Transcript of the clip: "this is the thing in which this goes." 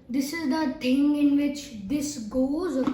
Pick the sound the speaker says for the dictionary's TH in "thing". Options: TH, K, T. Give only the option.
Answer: T